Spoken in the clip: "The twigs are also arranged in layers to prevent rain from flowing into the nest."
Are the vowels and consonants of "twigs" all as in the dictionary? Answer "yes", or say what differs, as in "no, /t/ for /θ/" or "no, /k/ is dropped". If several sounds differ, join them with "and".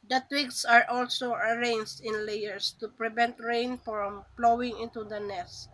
no, /s/ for /z/